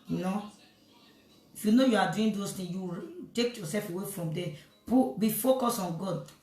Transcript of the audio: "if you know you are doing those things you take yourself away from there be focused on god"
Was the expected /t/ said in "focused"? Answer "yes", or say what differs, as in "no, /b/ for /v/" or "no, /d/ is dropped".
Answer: no, /t/ is dropped